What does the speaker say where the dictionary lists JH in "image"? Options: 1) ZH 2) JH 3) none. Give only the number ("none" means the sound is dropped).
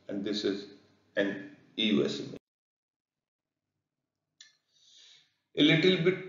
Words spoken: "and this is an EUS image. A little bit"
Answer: 3